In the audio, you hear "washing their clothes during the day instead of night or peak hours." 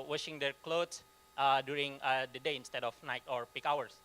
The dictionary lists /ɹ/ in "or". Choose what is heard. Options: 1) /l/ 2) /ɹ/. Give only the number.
2